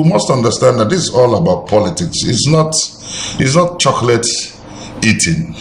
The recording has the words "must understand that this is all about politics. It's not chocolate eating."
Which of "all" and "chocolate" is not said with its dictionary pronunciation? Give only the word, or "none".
none